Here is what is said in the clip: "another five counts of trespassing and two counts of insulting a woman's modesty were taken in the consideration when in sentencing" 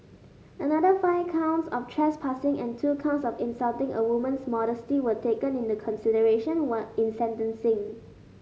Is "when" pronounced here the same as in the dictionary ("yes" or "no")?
no